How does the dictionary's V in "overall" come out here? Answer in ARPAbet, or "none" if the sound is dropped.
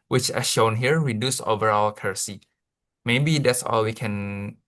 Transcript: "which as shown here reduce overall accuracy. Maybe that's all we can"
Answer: V